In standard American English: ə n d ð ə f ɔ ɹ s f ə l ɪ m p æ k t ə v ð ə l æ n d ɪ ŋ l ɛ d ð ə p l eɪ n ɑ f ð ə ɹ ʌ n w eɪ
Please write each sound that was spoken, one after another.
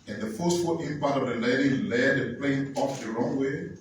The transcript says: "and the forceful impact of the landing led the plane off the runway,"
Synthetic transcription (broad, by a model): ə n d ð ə f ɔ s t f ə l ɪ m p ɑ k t ə v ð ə l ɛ d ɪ l ɛ d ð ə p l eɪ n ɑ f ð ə ɹ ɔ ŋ w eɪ